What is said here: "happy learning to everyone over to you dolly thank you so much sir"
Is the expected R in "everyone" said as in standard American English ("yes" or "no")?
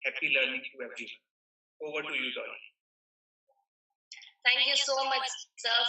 no